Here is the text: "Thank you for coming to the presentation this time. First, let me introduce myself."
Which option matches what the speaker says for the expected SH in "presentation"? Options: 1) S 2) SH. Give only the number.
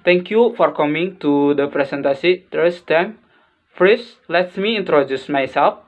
1